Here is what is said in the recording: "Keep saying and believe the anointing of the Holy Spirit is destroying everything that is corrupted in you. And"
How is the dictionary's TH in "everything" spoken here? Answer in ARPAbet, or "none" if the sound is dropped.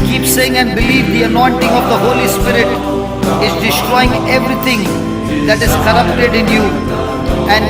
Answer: T